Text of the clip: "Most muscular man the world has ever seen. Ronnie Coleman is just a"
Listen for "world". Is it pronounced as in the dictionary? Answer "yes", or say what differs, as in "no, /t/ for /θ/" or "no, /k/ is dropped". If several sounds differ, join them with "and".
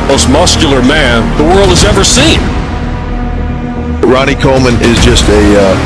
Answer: yes